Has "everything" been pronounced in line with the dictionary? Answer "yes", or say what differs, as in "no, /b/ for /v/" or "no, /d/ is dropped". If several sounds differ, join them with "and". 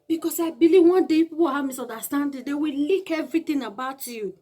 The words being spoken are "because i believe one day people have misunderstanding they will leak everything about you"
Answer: no, /t/ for /θ/